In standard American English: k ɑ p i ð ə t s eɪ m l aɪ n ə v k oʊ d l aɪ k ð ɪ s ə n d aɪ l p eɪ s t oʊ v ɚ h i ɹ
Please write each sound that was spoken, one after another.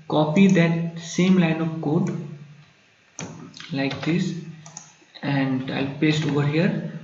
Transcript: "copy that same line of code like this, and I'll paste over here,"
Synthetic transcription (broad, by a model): k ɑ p i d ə t s eɪ m l aɪ n ə v k oʊ d l aɪ k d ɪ s ə n d aɪ l p eɪ s t oʊ v ɚ h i ɹ